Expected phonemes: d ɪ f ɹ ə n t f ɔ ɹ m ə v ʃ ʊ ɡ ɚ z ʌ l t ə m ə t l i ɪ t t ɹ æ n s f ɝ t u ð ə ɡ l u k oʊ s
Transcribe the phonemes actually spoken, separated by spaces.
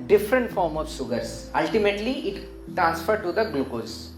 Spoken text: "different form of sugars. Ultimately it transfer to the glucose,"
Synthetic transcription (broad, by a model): d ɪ f ɹ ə n t f ɔ ɹ m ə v s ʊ ɡ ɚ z ʌ l t ə m ə t l i ɪ t t ɹ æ n s f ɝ t u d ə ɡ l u k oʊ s